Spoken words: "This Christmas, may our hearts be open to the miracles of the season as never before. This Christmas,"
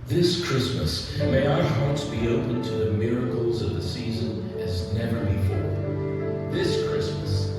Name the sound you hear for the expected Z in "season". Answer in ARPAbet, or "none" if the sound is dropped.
Z